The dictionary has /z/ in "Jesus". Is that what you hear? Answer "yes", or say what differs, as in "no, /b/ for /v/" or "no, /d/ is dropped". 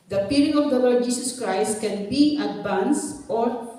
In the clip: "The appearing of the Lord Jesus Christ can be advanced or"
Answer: no, /s/ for /z/